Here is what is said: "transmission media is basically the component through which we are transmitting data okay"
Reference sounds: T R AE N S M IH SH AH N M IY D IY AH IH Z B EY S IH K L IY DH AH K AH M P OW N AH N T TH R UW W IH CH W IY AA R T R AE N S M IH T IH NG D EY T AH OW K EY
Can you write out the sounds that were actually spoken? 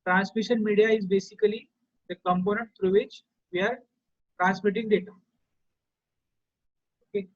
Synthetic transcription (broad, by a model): T R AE N S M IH SH AH N M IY D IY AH IH Z B EY S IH K L IY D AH K AH M P OW N AH N T T R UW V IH CH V IY AA R T R AE N S M IH T IH NG D EY T AH OW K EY